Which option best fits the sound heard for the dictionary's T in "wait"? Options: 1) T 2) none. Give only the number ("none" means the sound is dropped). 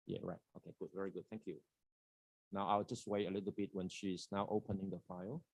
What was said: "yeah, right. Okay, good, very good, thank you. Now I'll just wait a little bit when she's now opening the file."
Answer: 2